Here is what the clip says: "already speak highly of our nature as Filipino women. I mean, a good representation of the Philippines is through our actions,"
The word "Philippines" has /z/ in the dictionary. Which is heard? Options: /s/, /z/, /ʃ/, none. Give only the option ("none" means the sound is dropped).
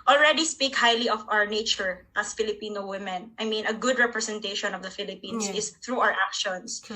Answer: /s/